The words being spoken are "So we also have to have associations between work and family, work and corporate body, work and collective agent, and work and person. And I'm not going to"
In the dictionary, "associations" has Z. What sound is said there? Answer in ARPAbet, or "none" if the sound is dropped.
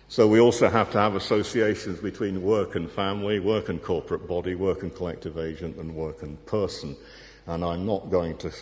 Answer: Z